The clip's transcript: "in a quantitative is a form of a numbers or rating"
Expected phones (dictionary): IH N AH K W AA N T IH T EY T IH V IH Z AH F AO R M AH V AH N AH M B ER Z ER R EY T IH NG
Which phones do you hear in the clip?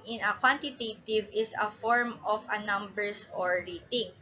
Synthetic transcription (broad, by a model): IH N AH K W AA N T IH T EY T IH V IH S AH F AO R M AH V AH N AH M B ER S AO R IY T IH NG